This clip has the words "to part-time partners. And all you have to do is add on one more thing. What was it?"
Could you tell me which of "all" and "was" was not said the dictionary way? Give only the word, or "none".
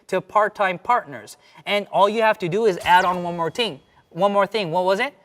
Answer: none